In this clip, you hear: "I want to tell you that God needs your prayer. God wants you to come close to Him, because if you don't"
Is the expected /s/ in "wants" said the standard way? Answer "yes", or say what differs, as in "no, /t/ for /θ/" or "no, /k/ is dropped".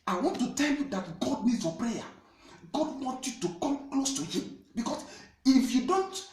no, /s/ is dropped